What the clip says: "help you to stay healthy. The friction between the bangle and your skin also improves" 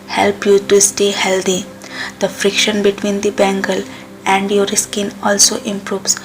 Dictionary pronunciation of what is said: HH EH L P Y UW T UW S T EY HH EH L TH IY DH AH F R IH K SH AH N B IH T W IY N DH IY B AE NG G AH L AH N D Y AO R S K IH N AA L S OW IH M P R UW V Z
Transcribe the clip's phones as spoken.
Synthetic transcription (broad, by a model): HH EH L P Y UW T UW S T EY HH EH L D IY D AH F R IH K SH AH N B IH T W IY N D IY B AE NG G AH L AH N D Y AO R S K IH N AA L S OW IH M P R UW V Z